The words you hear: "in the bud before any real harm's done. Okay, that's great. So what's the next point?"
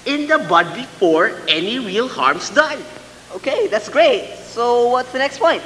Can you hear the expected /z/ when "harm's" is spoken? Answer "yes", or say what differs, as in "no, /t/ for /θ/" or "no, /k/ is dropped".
no, /s/ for /z/